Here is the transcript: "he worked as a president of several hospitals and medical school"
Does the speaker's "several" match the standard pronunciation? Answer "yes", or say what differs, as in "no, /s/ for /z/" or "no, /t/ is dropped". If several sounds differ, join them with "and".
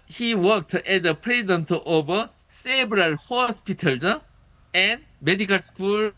no, /b/ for /v/